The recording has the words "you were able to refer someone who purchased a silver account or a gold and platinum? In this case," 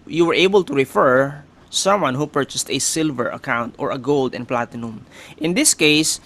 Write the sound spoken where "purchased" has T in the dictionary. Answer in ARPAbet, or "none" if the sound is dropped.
T